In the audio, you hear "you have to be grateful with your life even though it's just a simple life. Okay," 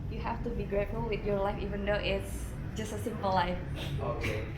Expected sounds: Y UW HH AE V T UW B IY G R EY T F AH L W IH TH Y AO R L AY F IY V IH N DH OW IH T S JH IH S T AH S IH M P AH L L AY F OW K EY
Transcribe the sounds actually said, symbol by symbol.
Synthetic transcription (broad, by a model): Y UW HH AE F T UW B IY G R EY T F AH L W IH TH Y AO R L AY F IY V IH N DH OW IH T S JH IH S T AH S IH M P AH L L AY F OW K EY